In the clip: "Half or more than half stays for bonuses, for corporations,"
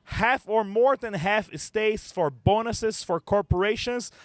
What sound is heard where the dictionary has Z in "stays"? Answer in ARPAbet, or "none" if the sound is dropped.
S